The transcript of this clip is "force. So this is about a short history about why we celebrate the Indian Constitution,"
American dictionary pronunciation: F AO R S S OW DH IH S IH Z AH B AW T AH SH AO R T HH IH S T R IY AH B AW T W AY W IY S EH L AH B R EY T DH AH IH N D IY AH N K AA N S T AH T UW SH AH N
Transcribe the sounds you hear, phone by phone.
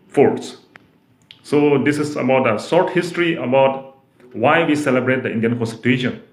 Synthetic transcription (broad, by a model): F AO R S S OW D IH S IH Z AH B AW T AH S AO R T HH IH S T R IY AH B AW T W AY W IY S EH L AH B R EY T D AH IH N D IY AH N K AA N S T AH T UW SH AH N